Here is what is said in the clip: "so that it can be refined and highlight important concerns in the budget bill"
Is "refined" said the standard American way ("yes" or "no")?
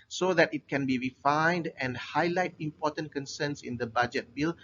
yes